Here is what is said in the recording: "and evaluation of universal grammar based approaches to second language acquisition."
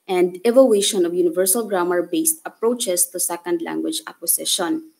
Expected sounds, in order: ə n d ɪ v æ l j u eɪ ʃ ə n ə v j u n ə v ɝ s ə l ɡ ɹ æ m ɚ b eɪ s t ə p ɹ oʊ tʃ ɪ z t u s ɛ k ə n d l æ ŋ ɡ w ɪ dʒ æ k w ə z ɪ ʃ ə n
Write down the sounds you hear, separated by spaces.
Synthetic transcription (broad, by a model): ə n d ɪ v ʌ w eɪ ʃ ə n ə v j u n ə v ɝ s ə l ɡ ɹ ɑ m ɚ b eɪ s t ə p ɹ oʊ tʃ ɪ s t u s ɛ k ə n d l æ ŋ ɡ w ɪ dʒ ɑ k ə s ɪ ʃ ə n